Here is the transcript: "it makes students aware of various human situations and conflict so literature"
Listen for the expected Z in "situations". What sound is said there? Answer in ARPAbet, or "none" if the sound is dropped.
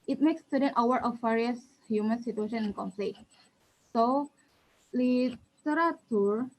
none